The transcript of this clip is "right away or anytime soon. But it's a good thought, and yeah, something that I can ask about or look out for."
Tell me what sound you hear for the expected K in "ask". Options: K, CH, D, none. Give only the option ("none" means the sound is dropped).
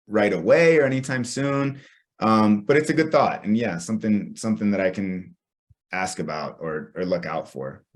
K